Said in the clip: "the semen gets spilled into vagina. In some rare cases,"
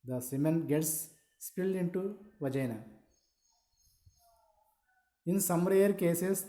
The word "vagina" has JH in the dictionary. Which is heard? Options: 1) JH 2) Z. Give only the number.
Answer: 1